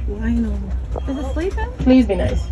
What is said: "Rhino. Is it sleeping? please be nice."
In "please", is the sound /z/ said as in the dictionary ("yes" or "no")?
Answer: yes